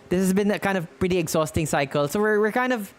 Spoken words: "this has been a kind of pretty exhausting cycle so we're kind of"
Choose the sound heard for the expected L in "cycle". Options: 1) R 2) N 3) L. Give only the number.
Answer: 3